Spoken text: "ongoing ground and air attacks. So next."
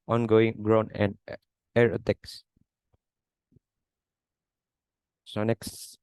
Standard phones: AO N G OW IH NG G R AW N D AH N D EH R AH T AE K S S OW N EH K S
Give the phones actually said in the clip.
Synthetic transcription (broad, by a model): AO N G OW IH NG G R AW N AH N D EH R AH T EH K S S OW N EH K S